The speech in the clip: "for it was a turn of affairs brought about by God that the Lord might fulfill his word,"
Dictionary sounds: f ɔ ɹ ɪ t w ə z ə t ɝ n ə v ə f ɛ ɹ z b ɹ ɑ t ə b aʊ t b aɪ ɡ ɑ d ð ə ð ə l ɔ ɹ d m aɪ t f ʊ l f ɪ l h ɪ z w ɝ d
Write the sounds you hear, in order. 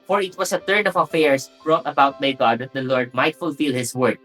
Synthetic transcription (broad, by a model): f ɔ ɹ ɪ t w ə s ə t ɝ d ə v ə f ɛ ɹ s b ɹ ɑ t ə b aʊ t b aɪ ɡ ɑ d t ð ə l ɔ ɹ d m aɪ t f ʊ l f ɪ l h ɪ s w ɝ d